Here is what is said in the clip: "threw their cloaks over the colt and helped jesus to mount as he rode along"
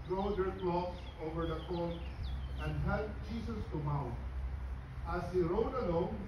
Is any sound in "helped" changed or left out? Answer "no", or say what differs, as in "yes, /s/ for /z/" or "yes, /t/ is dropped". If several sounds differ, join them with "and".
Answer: yes, /p/ is dropped